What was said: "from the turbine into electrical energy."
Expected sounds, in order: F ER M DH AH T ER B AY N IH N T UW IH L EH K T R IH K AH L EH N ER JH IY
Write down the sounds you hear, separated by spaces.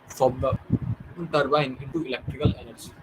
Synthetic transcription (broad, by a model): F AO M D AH T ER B AY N IH N T UW IH L EH K T R IH K AH L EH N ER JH IY